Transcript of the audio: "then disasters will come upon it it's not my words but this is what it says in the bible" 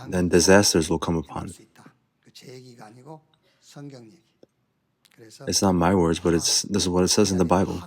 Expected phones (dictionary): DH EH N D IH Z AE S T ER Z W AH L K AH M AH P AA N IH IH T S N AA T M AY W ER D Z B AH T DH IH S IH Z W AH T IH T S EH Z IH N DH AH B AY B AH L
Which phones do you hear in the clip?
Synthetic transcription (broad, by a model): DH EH N D IH Z AE S T ER Z W AH L K AH M AH P AA N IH IH T S N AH T M AY W ER D Z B AH T DH IH S IH Z W AH T IH T S EH Z IH N DH AH B AY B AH L